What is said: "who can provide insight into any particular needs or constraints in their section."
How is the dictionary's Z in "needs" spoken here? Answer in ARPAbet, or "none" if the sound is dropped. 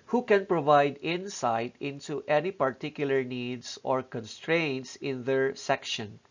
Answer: S